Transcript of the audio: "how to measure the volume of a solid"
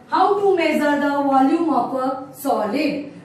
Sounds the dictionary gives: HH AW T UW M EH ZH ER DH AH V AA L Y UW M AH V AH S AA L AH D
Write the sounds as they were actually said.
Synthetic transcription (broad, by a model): HH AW T UW M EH Z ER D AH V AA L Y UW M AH P AH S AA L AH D